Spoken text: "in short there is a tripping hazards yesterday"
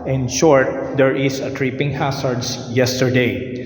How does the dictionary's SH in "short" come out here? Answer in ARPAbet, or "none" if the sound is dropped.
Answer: SH